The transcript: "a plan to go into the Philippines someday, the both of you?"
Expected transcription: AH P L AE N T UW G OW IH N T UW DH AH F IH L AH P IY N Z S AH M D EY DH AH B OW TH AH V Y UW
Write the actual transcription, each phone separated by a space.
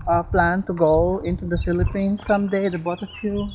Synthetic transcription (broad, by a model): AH P L AE N T UW G OW IH N T UW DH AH F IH L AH P IY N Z S AH M D EY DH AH B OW T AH F Y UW